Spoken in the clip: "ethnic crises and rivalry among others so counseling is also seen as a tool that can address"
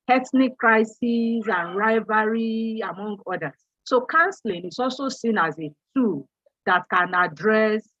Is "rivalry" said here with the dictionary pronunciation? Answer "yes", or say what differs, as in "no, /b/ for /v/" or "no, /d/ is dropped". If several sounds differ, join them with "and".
no, /l/ is dropped